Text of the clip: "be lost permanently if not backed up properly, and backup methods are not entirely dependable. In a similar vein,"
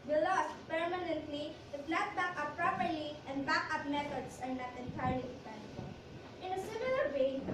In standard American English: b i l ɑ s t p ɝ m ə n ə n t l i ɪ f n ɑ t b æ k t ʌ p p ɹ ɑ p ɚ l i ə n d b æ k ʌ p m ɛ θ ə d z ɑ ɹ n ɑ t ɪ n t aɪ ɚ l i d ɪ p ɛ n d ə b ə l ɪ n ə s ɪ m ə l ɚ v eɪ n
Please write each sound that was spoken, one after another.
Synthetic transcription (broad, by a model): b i l ɑ s t p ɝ m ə n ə n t l i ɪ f l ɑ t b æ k ʌ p p ɹ ɑ p ɚ l i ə n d b æ k ʌ p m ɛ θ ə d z ɑ ɹ n ɑ t ɪ n t aɪ ɚ l i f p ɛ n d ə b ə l ɪ n ə s ɪ m ə l ɚ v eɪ